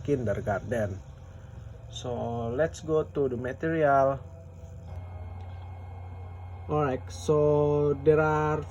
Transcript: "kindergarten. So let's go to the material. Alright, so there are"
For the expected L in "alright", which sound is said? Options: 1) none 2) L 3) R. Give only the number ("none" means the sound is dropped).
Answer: 1